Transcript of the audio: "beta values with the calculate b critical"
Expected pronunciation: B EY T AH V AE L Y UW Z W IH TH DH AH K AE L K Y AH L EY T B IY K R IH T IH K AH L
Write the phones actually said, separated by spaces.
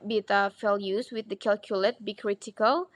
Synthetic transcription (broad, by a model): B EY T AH F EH L Y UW S W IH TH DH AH K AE L K Y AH L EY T B IY K R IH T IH K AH L